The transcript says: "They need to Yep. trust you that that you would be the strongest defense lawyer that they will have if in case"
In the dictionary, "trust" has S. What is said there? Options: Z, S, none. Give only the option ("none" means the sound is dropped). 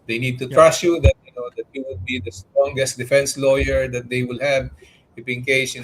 none